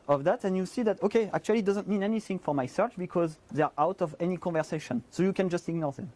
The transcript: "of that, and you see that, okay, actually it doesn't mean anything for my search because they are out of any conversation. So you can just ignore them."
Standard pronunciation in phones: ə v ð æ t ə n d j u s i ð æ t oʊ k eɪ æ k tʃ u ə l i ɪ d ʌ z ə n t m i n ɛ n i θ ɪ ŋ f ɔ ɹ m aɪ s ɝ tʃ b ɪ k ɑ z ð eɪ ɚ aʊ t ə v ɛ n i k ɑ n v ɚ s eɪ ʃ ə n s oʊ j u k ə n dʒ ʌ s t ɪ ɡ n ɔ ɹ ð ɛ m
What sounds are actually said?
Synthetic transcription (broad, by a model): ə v ð æ t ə n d j u s i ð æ t oʊ k eɪ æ k tʃ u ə l i d ʌ z ə n t m i n ɛ n i θ ɪ ŋ f ɔ ɹ m aɪ s ɝ tʃ b ɪ k ɑ z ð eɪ ɚ aʊ t ə v ɛ n i k ɑ n v ɚ s eɪ ʃ ə n s oʊ j u k ə n dʒ ʌ s t ɪ ɡ n ɔ ɹ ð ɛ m